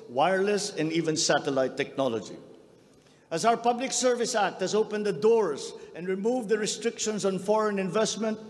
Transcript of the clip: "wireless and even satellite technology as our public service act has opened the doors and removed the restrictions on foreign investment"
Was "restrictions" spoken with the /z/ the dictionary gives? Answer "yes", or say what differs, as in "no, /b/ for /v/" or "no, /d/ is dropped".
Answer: no, /s/ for /z/